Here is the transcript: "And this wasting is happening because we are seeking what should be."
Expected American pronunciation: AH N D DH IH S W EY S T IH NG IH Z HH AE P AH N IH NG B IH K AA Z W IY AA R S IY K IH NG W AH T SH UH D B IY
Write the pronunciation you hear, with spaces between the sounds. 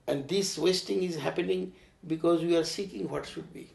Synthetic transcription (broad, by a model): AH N D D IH S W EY S T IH NG IH Z HH AE P AH N IH NG B IH K AA Z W IY AA R S IY K IH NG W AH T SH UH D B IY